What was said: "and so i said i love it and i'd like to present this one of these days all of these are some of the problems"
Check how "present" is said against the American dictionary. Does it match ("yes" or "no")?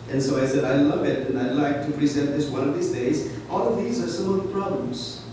yes